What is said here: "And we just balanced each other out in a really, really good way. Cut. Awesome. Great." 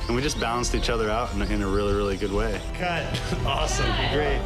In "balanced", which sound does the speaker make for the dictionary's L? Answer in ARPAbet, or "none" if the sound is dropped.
none